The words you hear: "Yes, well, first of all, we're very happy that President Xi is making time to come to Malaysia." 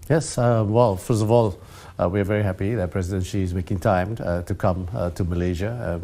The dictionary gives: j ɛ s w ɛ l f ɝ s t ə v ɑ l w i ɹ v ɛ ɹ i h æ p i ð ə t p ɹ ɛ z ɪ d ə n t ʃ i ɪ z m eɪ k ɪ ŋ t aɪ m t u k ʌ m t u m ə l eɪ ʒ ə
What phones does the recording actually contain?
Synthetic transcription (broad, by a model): j ɛ s w ɛ l f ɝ s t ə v ɑ l w i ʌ v ɛ ɹ i h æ p i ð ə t p ɹ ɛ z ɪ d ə n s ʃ i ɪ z m eɪ k ɪ ŋ t aɪ m t u k ʌ m t u m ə l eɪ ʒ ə